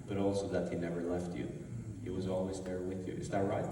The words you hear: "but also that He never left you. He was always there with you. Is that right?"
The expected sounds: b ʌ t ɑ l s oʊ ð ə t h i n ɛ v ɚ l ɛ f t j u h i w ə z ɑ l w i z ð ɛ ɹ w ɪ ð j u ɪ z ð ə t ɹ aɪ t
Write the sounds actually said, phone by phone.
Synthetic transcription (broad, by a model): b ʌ t ɑ l s oʊ ð ə t h i n ɛ v ɚ l ɛ f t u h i w ə z ɑ l w i z ð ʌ ɹ w ɪ ð j u ɪ z ð ə t ɹ aɪ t